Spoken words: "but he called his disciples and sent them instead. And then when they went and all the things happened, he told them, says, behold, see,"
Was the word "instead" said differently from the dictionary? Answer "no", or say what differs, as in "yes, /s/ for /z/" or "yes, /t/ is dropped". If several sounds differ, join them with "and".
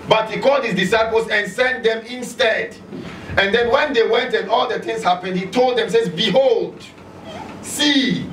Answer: no